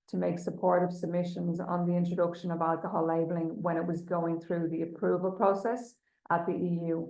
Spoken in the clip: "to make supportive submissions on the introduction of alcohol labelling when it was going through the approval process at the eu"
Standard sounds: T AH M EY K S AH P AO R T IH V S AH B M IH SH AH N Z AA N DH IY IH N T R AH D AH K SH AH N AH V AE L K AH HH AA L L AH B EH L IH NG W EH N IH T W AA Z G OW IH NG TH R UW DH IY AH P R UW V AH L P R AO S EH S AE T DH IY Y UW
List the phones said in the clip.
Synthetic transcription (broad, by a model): T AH M EY K S AH P AO R T IH V S AH B M IH SH AH N Z N DH IY IH N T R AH D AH K SH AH N AH V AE L K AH HH AA L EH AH B L IH NG W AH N IH T W AA Z G OW IH NG TH R UW DH IY AH P R UW V AH L P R AO S EH S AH T DH IY Y UW